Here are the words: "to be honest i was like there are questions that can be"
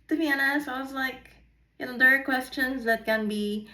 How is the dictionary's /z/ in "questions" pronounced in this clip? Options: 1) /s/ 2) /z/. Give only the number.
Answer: 2